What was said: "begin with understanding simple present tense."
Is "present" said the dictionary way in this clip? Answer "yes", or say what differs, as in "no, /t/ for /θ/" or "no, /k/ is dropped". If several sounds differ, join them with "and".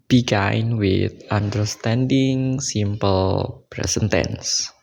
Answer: no, /s/ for /z/